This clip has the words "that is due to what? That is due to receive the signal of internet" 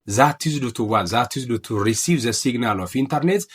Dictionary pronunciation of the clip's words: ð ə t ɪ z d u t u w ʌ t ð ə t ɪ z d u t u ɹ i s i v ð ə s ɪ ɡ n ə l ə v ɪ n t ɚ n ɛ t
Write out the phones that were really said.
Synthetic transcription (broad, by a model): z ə t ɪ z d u t u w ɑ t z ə t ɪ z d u t u ɹ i s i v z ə s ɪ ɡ n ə l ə f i n t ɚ n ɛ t